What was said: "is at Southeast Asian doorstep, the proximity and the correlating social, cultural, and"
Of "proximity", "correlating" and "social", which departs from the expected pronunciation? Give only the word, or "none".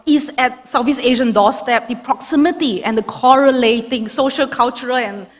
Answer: none